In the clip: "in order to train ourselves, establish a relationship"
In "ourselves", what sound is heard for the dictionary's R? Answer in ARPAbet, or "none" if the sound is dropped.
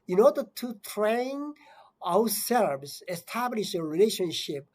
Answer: W